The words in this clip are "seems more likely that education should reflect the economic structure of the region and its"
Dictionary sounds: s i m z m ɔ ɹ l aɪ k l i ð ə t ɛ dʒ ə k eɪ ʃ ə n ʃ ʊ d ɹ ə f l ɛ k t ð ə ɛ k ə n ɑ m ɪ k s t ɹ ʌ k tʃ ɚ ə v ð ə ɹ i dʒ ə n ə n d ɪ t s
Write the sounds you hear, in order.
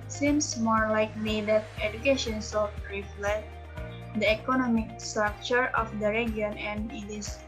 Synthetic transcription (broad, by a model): s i m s m ɔ ɹ l aɪ k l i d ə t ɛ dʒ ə k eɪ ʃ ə n s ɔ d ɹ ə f l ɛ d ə ɛ k ə n ɑ m ɪ k s t ɹ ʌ k tʃ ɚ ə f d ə ɹ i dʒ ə n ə n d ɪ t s